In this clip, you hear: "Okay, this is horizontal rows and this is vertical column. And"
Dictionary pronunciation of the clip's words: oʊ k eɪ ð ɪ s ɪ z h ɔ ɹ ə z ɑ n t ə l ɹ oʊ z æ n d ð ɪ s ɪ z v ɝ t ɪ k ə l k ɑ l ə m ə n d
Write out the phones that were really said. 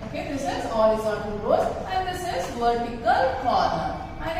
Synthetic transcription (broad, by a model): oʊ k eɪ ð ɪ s ɪ z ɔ l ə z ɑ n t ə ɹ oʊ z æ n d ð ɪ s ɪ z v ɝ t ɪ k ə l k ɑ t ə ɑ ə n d